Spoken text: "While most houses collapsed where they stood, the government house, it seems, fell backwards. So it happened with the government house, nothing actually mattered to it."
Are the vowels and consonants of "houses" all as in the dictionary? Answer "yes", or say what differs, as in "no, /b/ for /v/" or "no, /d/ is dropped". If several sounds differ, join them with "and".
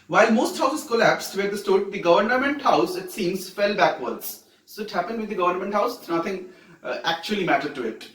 no, /s/ is dropped